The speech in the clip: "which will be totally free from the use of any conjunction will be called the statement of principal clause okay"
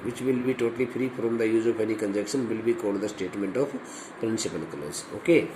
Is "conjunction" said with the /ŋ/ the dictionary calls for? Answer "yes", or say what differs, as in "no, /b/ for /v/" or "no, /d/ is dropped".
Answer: no, /ŋ/ is dropped